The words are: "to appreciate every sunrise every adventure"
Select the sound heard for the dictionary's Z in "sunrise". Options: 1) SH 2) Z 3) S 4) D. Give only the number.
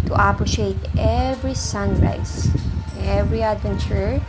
3